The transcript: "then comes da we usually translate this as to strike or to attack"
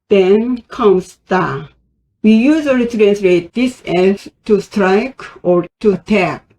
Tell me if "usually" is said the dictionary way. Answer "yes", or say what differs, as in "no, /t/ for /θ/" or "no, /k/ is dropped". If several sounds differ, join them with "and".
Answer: no, /z/ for /ʒ/